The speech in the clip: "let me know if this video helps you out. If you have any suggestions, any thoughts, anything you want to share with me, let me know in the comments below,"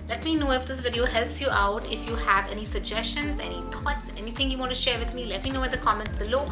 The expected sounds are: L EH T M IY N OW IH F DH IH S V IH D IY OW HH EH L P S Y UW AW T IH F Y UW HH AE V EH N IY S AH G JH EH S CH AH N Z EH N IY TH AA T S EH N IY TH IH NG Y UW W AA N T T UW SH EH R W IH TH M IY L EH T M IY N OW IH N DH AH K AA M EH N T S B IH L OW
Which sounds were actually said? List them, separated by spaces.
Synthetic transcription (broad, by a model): L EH T M IY N OW IH F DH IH S V IH D IY OW HH EH L P S Y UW AW T IH F Y UW HH AE V EH N IY S AH G JH EH S CH AH N Z EH N IY T AA T S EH N IY T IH NG Y UW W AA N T T UW SH EH R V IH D M IY L EH T M IY N OW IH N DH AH K AA M EH N T S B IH L OW